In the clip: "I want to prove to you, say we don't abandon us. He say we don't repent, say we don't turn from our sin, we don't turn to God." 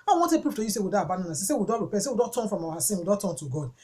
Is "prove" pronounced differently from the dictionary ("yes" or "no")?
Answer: yes